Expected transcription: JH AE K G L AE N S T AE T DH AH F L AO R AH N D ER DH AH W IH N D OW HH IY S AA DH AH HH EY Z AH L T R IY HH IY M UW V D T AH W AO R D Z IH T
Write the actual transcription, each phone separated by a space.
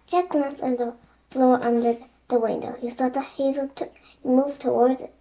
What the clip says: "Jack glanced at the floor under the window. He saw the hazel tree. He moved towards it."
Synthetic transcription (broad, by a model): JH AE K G L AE N S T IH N DH AH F L AO R AH N D ER DH AH W IH N D OW HH IY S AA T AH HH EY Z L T HH IY M UW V T AH W AO R D Z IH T